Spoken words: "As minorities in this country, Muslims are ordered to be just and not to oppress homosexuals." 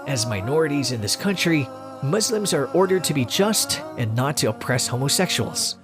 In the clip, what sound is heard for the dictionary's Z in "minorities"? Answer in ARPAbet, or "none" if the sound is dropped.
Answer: Z